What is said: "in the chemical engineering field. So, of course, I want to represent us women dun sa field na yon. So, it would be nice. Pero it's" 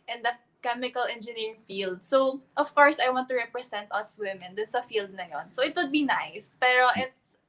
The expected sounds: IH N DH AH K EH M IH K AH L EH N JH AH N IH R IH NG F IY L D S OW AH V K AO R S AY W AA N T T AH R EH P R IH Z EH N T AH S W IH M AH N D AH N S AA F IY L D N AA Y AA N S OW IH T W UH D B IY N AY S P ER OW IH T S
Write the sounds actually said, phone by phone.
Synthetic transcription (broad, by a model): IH N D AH K EH M IH K AH L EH N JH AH N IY R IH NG F IY L D S OW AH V K AO R S AY W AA N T T AH R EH P R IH S EH N T AH S W IH M AH N D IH N S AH F IY L D N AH Y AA N S OW IH T W UH D B IY N AY S P ER OW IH T S